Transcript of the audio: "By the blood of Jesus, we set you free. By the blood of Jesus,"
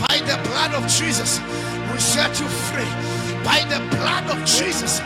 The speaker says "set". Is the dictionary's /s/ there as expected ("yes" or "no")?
no